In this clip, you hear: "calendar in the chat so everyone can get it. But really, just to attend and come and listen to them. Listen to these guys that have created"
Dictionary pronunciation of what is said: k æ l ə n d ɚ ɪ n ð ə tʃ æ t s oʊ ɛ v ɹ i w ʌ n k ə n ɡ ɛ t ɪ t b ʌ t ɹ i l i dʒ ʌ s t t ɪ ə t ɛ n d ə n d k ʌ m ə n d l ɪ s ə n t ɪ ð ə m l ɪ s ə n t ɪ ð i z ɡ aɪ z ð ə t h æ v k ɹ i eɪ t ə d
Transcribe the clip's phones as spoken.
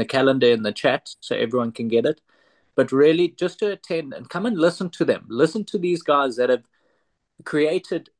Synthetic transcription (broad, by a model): k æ l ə n d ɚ ɪ n ð ə tʃ æ t s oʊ ɛ v ɹ i w ʌ n k ə n ɡ ɛ t ɪ t b ʌ t ɹ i l i dʒ ʌ s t t ɪ ə t ɛ n d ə n k ʌ m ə n l ɪ s ə n t ɪ ð ə m l ɪ s ə n t ɪ ð i z ɡ aɪ z ð ə t h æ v k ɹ i eɪ t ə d